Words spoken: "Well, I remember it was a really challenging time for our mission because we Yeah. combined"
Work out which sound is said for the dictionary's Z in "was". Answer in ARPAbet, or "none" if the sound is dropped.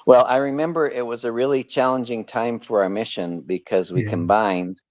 Z